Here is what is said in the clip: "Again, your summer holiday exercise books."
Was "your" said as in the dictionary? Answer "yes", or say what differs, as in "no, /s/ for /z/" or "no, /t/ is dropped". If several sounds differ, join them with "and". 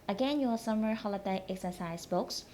no, /l/ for /ɹ/